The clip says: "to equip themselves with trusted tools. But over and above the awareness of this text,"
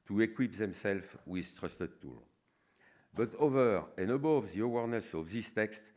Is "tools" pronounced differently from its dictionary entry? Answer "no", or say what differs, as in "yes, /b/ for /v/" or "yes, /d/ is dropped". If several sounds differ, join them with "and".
yes, /z/ is dropped